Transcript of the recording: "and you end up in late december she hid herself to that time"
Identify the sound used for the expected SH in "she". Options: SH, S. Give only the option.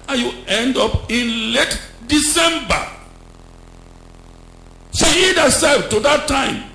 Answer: S